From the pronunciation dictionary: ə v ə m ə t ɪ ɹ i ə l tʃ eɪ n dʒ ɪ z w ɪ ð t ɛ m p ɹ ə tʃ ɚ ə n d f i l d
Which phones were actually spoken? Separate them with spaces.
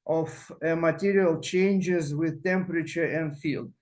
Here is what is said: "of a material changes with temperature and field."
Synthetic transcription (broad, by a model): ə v ə m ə t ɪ ɹ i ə l tʃ eɪ n dʒ ɪ z w ɪ ð t ɛ m p ɹ ə tʃ ɚ ə n d f i l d